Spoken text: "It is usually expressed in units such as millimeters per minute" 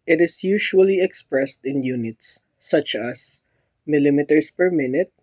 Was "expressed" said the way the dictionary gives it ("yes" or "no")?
yes